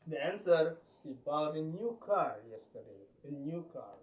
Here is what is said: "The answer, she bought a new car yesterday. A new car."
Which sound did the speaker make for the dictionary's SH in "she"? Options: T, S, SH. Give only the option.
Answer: S